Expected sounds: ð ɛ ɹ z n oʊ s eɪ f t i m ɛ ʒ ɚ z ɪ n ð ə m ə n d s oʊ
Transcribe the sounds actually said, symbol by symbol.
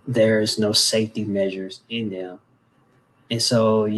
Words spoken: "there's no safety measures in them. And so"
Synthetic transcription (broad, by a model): ð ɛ ɹ z n oʊ s eɪ f t i m ɛ ʒ ɚ z ɪ n ð ə m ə n s oʊ